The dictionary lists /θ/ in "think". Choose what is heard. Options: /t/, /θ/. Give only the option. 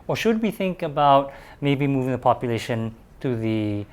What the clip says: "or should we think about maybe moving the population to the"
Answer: /θ/